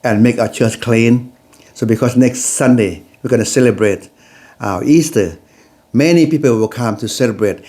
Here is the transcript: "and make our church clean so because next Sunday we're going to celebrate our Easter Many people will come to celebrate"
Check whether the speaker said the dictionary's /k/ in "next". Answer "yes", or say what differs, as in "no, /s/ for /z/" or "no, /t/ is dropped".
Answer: yes